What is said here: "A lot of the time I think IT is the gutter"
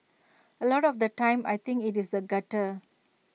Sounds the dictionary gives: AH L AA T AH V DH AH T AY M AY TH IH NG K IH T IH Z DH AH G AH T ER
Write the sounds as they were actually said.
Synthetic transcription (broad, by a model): AH L AA T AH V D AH T AY M AY T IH NG K IH T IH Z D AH G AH T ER